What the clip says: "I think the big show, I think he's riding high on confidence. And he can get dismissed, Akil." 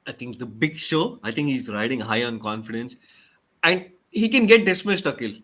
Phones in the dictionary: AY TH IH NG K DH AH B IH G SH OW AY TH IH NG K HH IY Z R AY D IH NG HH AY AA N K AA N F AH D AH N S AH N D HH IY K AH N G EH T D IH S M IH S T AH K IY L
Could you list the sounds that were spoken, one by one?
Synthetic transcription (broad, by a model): AY T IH NG K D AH B IH G SH OW AY T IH NG K HH IY Z R AY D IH NG HH AY AA N K AA N F AH D AH N S AH N D HH IY K AH N G EH T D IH S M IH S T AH K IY L